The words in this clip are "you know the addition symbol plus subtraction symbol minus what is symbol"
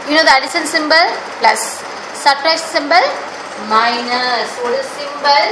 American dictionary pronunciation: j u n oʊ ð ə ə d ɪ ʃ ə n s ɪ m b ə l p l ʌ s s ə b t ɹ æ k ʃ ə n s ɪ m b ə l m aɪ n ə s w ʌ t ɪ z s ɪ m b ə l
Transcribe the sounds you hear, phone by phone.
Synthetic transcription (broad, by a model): j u n oʊ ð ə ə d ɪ s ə n s ɪ m b ə l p l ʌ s s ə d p ɹ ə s s ɪ m b ə l m aɪ n ə s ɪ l s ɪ m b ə l